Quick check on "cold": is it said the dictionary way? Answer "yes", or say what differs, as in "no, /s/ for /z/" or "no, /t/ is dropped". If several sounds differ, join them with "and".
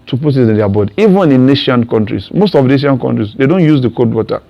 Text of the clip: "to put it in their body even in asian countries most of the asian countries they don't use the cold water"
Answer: no, /l/ is dropped